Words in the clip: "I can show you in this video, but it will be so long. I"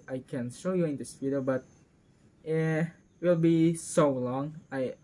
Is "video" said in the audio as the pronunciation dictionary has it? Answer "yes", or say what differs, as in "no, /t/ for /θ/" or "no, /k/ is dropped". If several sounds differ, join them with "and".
no, /p/ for /v/